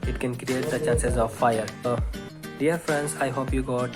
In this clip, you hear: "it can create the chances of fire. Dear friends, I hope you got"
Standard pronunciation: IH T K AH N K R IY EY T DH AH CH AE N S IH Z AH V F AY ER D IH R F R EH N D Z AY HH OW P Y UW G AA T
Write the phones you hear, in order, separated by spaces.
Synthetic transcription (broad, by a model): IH T K AH N K R IY EY T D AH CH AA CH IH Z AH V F AY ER D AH R F R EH N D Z AY HH OW P Y UW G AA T